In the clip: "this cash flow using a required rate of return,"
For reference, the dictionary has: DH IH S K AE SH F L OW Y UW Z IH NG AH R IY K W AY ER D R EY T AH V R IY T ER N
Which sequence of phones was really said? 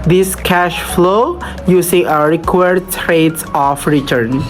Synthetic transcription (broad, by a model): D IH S K AE SH F L OW Y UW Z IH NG AH R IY K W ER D R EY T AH F R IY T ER N